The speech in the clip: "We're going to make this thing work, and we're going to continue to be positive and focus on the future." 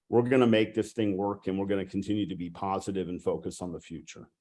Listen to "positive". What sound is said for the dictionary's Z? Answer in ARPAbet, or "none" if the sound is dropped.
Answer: Z